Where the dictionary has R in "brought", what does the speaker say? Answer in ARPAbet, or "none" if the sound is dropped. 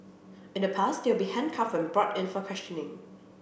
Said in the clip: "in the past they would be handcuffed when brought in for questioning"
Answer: R